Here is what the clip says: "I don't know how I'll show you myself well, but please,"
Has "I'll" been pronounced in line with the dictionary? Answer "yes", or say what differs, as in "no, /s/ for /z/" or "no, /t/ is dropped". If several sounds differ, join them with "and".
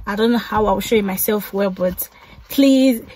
no, /w/ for /l/